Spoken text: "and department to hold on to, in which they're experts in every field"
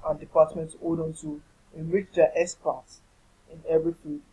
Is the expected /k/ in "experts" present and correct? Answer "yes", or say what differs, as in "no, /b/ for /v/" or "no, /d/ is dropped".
no, /k/ is dropped